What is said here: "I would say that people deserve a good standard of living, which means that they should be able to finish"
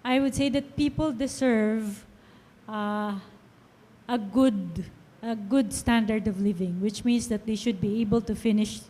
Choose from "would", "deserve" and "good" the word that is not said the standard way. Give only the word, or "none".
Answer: deserve